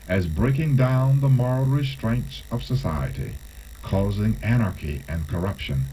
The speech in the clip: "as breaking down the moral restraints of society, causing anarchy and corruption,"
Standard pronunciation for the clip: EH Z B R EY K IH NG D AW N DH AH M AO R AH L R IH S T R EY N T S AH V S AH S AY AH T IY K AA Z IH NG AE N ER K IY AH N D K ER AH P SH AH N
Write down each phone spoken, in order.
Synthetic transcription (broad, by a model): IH Z B R EY K IH NG D AW N DH AH M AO R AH L R IH S T R EY N T S AH V S AH S AY AH T IY K AA Z IH NG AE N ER K IY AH N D K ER AH P SH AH N